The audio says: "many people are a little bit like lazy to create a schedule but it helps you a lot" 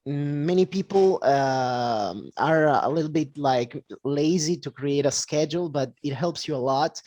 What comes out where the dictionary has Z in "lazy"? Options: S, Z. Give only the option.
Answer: Z